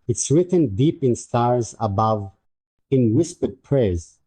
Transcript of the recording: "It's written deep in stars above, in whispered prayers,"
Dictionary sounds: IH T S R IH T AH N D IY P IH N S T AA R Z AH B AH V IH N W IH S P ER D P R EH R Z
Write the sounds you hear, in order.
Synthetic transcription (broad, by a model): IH T S R IH T AH N D IY P IH N S T AA R Z AH B AH V IH N W IH S P ER D P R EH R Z